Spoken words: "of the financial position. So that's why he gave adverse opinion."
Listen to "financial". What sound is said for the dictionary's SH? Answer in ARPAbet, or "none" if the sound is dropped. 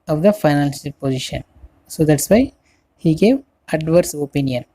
S